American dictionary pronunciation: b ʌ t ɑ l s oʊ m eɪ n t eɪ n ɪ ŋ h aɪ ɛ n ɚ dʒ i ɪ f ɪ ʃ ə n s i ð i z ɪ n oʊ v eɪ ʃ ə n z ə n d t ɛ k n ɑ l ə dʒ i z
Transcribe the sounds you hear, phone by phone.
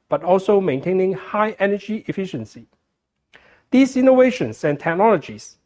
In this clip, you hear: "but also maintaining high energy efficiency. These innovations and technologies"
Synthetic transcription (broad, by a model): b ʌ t ɑ l s oʊ m eɪ n t eɪ n ɪ ŋ h aɪ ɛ n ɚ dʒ i ɪ f ɪ ʃ ə n s i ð i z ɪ n oʊ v eɪ ʃ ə n s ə n t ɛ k n ɑ l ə dʒ i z